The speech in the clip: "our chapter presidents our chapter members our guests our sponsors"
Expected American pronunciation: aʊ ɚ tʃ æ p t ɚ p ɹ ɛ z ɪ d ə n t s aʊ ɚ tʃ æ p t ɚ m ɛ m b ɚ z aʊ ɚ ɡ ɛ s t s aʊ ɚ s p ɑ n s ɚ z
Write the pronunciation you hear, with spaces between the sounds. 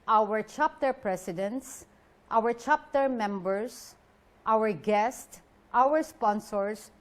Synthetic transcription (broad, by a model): aʊ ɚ tʃ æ p t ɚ p ɹ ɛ s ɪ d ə n t s aʊ ɚ tʃ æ p t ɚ m ɛ m b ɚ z aʊ ɚ ɡ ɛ s t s aʊ ɚ s p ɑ n s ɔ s